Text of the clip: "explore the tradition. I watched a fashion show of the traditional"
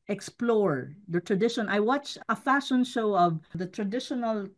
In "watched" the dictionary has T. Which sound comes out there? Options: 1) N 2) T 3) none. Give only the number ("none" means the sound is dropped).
3